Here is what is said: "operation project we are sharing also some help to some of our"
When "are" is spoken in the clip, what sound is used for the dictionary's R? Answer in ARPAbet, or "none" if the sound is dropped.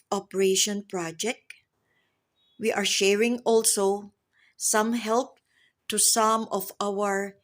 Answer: R